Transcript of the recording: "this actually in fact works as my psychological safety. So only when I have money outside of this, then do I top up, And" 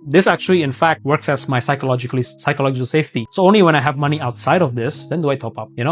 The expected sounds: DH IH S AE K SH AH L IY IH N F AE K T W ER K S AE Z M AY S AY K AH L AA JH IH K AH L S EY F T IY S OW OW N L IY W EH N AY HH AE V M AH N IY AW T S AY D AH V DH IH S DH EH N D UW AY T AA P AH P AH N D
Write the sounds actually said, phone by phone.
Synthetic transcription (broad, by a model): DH IH S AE K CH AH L IY IH N F AE K T W ER K S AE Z M AY S AY K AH L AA JH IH K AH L S EY F T IY S OW OW N L IY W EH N AY HH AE V M AH N IY AW T S AY D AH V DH IH S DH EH N D UW AY T AA P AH P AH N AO